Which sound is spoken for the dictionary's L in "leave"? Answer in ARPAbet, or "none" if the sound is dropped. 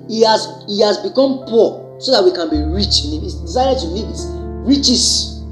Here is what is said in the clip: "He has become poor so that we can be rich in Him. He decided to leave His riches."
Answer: N